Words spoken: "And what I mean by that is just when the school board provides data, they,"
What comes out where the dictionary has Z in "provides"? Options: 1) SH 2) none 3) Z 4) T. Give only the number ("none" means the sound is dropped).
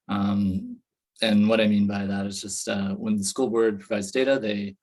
3